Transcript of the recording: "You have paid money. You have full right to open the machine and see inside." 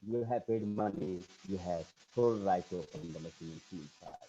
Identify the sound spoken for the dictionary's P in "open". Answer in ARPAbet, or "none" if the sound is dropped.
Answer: none